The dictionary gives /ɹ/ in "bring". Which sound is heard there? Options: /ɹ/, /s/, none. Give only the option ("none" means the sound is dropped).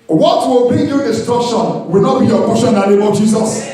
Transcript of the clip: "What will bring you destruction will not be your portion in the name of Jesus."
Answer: none